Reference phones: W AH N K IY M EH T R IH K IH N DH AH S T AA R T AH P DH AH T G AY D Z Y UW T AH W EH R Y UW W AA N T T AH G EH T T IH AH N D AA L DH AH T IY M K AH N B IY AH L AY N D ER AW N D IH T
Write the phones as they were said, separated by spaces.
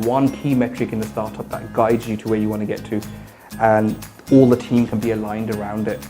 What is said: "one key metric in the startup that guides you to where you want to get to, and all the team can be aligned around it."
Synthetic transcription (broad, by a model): W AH N K IY M EH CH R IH K IH N DH AH S T AA R T AH P DH AH T G AY D Z Y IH T AH W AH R Y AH W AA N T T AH G EH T T IH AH N AA L DH AH T IY M K AH N B IY AH L AY N D ER AW N D IH T